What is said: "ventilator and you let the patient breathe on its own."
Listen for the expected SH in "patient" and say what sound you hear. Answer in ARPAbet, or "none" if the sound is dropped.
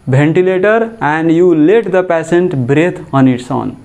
S